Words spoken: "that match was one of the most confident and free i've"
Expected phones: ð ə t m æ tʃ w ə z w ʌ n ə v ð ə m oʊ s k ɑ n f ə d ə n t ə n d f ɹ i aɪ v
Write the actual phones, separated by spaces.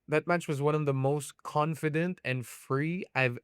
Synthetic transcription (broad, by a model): ð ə t m æ tʃ w ə z w ʌ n ə v ð ə m oʊ s k ɑ n f ə d ə n t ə n f ɹ i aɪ v